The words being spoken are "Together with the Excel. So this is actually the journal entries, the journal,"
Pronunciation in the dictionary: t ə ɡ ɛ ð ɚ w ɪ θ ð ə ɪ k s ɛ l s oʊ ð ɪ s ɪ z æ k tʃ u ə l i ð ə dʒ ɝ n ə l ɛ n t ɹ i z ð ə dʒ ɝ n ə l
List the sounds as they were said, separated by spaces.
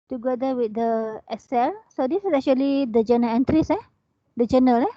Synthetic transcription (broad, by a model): t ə ɡ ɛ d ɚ w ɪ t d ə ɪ s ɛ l s oʊ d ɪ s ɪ s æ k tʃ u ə l i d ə dʒ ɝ n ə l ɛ n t ɹ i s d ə dʒ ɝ n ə l